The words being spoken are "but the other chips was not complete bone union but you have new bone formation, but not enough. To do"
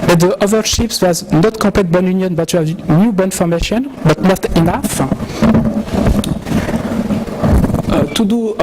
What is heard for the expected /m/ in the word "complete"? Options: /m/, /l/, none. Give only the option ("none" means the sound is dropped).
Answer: none